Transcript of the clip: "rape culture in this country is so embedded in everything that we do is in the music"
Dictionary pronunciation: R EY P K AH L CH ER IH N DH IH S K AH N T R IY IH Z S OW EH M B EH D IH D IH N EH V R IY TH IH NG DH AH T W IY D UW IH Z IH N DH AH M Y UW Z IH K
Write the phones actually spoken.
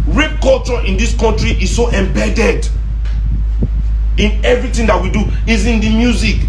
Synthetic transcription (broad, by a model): R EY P K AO L CH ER IH N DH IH S K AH N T R IY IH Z S OW EH M B EH D IH D IH N EH V R IY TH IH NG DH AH T W IY D UW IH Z IH N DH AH M Y UW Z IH K